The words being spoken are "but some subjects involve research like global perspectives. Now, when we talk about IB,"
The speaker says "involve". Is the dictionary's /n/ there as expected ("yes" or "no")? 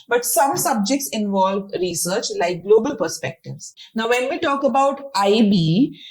yes